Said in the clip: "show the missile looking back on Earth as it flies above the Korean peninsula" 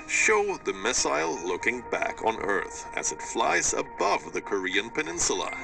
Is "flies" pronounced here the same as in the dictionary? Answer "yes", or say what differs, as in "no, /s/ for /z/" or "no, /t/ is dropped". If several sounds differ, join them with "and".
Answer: yes